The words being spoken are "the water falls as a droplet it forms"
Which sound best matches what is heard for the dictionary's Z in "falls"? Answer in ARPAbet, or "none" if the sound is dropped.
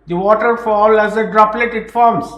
none